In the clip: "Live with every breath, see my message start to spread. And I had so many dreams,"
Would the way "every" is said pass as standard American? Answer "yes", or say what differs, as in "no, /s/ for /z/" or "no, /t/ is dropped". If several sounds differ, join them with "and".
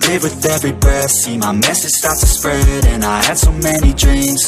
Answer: yes